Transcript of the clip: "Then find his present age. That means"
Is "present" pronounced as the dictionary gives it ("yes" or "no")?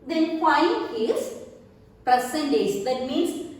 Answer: no